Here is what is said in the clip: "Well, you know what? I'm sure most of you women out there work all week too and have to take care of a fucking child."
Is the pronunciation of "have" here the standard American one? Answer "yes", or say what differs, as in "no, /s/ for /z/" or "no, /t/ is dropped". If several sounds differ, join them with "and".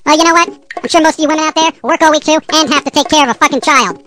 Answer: no, /f/ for /v/